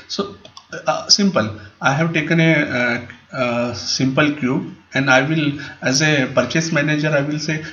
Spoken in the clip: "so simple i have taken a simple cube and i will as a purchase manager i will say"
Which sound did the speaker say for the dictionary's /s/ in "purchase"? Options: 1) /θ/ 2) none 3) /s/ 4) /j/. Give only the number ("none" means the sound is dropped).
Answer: 3